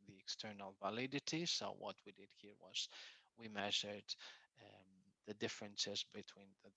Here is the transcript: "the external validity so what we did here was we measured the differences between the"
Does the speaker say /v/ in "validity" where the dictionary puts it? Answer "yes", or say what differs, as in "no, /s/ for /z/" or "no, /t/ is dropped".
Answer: yes